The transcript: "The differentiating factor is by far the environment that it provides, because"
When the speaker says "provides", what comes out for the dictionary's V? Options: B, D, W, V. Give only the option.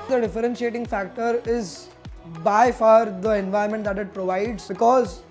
V